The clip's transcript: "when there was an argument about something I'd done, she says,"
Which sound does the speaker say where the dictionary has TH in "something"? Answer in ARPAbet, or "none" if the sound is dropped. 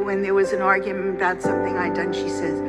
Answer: TH